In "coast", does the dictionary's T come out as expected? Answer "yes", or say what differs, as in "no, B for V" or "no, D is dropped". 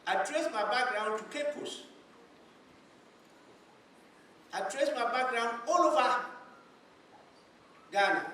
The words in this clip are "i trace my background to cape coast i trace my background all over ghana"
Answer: no, T is dropped